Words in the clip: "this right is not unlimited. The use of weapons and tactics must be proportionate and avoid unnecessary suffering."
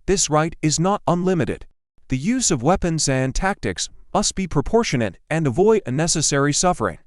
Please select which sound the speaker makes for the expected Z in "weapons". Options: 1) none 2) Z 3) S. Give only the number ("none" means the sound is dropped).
2